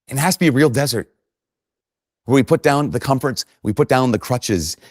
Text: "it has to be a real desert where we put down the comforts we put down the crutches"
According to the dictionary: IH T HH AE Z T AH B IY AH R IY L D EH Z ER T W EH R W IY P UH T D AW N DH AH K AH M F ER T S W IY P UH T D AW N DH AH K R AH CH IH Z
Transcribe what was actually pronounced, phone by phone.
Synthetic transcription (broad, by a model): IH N HH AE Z T AH B IY AH R IY L D EH Z ER T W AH R W IY P UH T D AW N DH AH K AH M F ER T S W IY P UH T D AW N DH AH K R AH CH IH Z